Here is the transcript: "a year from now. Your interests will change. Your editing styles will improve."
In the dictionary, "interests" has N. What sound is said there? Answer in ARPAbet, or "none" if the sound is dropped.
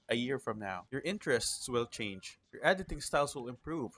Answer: N